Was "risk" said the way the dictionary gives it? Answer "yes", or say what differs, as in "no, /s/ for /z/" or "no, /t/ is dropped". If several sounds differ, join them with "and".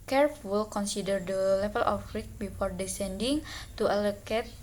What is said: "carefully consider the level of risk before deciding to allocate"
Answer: no, /s/ is dropped